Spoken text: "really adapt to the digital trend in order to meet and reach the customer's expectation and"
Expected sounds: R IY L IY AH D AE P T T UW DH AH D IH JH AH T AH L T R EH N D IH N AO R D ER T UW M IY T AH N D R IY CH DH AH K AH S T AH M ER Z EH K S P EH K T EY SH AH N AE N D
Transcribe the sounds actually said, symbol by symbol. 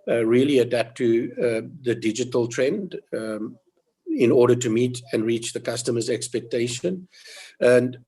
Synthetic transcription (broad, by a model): R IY L IY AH D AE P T T UW DH AH D IH JH AH T AH L T R EH N D IH N AO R D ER T UW M IY T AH N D R IY CH DH AH K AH S T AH M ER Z EH K S P EH K T EY SH AH N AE N D